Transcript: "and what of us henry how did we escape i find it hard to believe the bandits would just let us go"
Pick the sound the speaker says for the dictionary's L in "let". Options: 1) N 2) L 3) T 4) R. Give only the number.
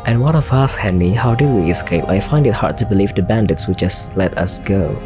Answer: 2